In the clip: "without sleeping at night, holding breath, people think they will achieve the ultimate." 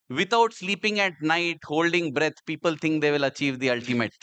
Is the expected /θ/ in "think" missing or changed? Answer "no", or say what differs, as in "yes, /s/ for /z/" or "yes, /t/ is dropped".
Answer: yes, /t/ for /θ/